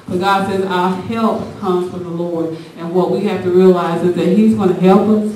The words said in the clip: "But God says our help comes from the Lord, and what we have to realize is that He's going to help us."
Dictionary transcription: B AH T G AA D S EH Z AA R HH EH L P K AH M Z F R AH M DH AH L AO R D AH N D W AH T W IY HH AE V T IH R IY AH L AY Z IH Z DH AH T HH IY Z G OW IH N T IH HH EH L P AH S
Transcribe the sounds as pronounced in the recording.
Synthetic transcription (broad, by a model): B AH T G AA D S EH Z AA HH EH L P K AH M Z F R AH M DH AH L AO R D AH N W AH T W IY HH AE F T IH R IY AH L AY Z IH Z DH AH T HH IY Z G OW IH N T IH HH EH L P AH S